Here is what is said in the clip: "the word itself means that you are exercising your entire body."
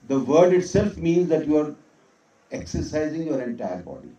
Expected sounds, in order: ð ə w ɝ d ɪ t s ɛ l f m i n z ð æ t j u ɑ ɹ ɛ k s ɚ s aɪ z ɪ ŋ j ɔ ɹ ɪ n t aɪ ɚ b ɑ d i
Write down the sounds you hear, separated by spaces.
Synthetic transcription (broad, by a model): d ə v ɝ d ɪ t s ɛ l f m i n z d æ t j u ɑ ɹ ɛ k s ɚ s aɪ z ɪ ŋ j ɔ ɹ ɪ n t aɪ ɚ b ɑ d i